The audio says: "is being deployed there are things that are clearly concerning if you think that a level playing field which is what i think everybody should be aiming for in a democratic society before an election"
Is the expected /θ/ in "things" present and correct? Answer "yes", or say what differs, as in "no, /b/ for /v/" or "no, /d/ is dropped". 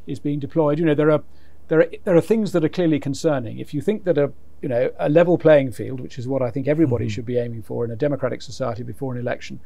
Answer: yes